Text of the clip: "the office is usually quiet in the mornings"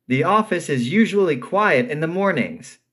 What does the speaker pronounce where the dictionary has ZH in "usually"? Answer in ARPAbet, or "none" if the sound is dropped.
ZH